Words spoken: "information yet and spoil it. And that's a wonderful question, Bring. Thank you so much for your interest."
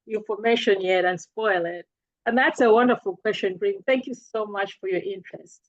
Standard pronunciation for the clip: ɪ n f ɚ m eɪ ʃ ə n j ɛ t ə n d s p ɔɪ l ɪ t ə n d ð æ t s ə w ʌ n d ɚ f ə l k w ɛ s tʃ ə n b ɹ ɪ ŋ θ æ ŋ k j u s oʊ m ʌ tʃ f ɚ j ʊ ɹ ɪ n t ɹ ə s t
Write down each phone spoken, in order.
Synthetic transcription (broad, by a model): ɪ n f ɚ m eɪ ʃ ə n j ɛ t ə n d s p ɔɪ l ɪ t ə n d ð æ t s ə w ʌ n d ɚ f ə l k w ɛ s tʃ ə n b ɹ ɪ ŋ θ æ ŋ k j u s oʊ m ʌ tʃ f ɚ j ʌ ɹ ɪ n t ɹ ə s t